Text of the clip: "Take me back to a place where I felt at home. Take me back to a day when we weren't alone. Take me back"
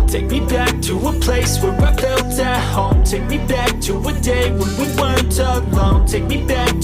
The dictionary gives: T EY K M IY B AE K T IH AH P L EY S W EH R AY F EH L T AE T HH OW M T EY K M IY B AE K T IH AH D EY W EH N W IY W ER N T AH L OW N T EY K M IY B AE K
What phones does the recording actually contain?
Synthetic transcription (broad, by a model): T EY K M IY B AE K T IH AH P L EY S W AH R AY P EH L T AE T HH OW M T EY K M IY B AE K T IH AH D EY W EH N W IY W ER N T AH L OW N T EY K M IY B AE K